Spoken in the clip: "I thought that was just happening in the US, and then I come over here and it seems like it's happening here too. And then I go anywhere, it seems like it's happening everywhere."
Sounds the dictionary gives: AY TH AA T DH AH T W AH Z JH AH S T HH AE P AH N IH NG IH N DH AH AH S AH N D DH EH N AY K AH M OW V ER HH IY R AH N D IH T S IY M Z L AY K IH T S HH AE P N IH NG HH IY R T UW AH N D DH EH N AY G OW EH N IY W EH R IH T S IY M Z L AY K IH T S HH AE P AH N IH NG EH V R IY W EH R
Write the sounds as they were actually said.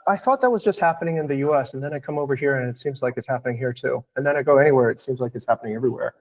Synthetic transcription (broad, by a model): AY TH AA T DH AH T W AH Z JH AH S T HH AE P AH N IH NG IH N DH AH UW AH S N DH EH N AY K AH M OW V ER HH IY R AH N IH T S IY M Z L AY K IH T S HH AE P N IH NG HH IY R T UW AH N DH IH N AY G OW EH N IY W EH R IH T S IY M Z L AY K IH T S HH AE P AH N IH NG EH V R IY W EH R